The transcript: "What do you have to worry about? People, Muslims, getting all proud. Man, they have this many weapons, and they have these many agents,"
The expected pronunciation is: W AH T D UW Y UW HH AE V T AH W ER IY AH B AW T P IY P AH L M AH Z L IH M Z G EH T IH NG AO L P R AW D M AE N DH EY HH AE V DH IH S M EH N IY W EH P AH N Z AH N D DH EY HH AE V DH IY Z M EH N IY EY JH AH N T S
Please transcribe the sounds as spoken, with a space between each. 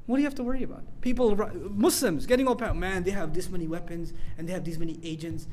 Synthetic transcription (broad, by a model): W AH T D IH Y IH HH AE F T AH W ER IY AH B AW T P IY P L M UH S L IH M Z G EH T IH NG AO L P AW M AE N DH EY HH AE V DH IH S M EH N IY W EH P AH N Z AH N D DH EY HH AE V DH IY Z M EH N IY EY JH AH N T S